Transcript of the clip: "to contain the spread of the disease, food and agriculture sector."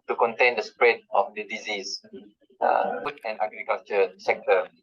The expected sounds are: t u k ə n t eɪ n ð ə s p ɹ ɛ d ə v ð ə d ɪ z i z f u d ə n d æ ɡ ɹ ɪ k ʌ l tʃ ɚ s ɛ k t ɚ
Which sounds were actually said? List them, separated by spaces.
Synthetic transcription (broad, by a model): t u k ə n t eɪ n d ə s p ɹ ɛ d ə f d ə d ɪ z i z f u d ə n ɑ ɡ ɹ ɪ k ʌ l tʃ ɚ s ɛ k t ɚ